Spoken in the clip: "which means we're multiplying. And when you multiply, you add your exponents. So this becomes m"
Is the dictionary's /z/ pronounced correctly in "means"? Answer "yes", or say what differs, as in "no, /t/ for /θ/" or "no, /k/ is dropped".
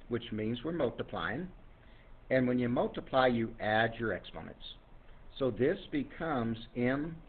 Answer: yes